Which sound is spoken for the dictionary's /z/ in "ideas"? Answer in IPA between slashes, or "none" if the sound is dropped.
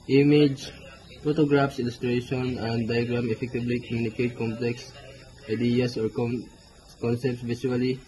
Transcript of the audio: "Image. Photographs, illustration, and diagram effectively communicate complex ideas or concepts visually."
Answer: /s/